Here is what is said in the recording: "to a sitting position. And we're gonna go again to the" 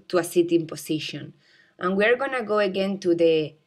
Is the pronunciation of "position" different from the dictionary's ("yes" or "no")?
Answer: yes